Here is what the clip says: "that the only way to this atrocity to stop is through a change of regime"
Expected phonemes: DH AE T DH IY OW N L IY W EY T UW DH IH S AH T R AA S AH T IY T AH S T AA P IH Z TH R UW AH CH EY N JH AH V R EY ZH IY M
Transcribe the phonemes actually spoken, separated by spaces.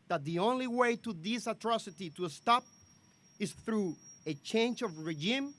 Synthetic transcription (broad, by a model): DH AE T DH IY OW N L IY W EY T UW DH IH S AH T R AA S AH T IY T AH S T AA P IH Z TH R UW AH CH EY N JH AH V R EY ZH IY M